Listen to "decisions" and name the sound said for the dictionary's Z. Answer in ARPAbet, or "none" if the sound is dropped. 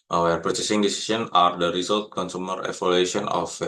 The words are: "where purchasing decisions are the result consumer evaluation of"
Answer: none